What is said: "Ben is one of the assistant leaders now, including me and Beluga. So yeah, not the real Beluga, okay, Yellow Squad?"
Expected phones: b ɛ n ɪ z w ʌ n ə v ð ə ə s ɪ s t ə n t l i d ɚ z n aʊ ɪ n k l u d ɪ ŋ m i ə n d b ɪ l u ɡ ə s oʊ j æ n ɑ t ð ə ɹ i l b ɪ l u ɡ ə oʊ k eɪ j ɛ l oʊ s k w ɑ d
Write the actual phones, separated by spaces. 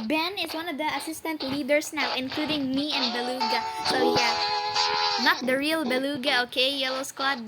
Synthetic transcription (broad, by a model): b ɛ n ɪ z w ʌ n ə v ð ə ə s ɪ s t ə n t l i d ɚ s n aʊ ɪ n k l u d ɪ ŋ m i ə n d b ɪ l u ɡ ə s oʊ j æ n ɑ t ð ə ɹ i l b ɪ l u ɡ ə oʊ k eɪ j ɛ l oʊ s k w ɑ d